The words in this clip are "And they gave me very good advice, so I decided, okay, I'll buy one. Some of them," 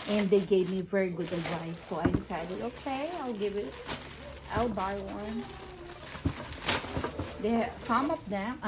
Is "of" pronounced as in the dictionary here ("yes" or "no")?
no